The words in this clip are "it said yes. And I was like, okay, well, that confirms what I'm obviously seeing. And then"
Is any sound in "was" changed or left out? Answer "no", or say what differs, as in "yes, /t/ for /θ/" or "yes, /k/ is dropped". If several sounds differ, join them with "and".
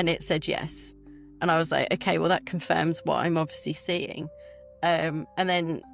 no